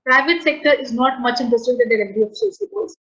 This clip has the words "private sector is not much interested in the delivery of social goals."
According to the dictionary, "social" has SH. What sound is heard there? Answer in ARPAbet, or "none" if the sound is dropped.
S